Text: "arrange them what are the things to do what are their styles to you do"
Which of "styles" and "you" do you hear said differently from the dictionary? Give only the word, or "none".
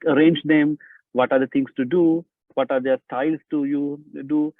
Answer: styles